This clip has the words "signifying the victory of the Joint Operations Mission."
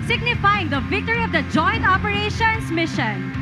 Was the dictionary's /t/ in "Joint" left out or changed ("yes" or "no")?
no